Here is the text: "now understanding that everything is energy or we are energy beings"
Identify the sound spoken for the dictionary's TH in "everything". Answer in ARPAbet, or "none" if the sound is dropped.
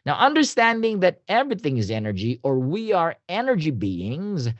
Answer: TH